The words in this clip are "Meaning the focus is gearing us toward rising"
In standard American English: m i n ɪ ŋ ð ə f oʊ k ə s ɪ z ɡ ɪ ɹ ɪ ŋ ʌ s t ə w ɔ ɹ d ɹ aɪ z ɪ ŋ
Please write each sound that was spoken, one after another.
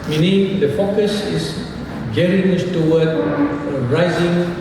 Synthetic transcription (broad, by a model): m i n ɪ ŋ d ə f oʊ k ə s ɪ s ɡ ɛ ɹ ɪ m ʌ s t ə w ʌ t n ɹ aɪ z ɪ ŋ